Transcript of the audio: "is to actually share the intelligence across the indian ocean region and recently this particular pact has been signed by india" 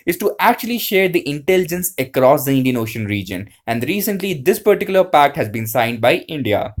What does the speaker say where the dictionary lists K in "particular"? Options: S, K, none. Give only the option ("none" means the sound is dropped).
K